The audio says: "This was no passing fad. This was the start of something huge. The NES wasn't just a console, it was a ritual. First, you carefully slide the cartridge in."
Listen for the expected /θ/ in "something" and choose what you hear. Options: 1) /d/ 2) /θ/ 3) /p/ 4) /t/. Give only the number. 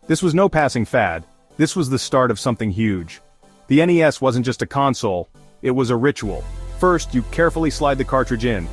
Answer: 2